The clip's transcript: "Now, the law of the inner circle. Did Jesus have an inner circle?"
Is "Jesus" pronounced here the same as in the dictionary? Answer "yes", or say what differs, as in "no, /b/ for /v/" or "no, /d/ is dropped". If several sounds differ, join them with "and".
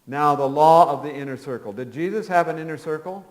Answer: yes